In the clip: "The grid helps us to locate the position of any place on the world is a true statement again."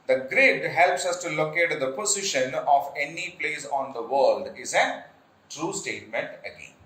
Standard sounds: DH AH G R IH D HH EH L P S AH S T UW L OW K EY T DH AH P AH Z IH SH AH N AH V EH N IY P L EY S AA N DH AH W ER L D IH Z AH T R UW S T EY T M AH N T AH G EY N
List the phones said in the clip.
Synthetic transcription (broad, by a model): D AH G R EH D HH EH L P S AH S T UW L OW K EY T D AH P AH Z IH SH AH N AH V EH N IY P L EY S AA N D AH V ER L D IH Z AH T R UW S T EY T M AH N T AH G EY N